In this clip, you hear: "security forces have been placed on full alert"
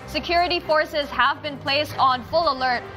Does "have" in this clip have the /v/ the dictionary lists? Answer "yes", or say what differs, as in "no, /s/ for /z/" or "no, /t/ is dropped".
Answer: yes